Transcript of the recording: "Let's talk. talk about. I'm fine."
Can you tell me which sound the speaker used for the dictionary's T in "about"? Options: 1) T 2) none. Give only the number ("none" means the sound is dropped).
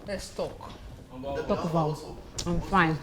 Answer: 2